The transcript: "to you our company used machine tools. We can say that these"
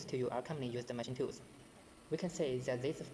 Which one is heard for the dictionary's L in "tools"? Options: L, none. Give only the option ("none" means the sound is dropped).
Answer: none